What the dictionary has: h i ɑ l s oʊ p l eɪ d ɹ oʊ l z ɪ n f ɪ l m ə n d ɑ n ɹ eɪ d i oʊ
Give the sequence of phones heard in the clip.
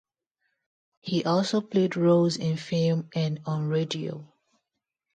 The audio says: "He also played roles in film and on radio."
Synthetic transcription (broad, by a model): h i ɑ l s oʊ p l eɪ d ɹ oʊ z ɪ n f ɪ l m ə n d ɑ n ɹ eɪ d i oʊ